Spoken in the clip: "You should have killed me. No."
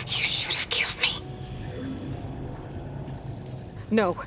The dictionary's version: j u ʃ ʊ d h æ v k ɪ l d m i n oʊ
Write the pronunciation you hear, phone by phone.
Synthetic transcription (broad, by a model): j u ʃ ʊ d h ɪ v k ɪ l d m i n oʊ